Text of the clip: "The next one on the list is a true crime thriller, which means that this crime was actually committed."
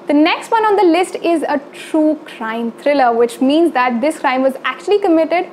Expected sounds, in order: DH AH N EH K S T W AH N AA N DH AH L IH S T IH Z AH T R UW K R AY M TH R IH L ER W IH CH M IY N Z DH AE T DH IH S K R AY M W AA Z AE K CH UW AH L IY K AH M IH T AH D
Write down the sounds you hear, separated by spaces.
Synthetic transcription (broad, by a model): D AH N EH K S T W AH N AA N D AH L IH S T IH Z AH T R UW K R AY M T R IH L ER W IH CH M IY N Z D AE T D IH S K R AY M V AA Z AE K CH UW AH L IY K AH M IH T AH D